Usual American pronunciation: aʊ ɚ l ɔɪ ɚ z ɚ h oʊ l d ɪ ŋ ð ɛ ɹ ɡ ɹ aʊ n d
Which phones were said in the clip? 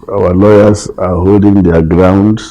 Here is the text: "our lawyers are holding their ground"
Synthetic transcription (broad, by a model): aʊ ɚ l ɔɪ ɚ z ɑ h oʊ l d ɪ ŋ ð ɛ ɡ ɹ aʊ n d